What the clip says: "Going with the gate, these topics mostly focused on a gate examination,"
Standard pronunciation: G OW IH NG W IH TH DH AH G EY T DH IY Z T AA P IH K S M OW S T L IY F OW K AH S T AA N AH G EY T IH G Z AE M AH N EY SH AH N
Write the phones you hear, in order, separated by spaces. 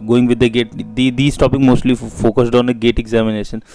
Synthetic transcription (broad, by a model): G OW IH NG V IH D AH G EY T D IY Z T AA P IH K M OW S T L IY F OW K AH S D AA N AH G EY T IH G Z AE M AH N EY SH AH N